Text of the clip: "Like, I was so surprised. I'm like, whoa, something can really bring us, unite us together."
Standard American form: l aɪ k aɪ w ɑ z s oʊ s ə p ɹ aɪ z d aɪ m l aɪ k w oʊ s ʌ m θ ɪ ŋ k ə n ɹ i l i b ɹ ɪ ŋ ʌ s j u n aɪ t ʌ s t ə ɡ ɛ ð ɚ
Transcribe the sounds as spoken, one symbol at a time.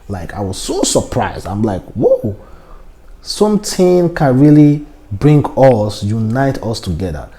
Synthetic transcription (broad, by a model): l aɪ k aɪ w ɑ z s oʊ s ə p ɹ aɪ z d aɪ m l aɪ k w oʊ s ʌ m t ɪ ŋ k ə n ɹ i l i b ɹ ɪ ŋ ʌ s j u n aɪ t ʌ s t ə ɡ ɛ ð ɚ